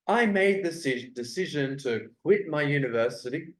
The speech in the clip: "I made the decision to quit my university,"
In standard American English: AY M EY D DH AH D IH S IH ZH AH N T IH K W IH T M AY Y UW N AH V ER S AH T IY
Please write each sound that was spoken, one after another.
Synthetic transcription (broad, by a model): AY M EY D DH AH D IH S IH ZH AH N T IH K W IH T M AY Y UW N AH V ER S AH T IY